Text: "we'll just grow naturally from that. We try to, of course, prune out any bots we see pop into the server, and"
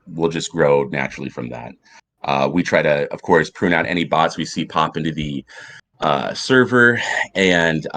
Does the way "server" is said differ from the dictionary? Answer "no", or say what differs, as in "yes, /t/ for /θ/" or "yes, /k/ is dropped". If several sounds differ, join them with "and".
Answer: no